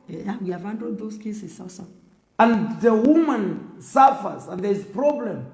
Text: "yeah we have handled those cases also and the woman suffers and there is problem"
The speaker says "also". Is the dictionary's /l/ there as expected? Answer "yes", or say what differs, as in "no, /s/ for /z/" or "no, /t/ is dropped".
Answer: no, /l/ is dropped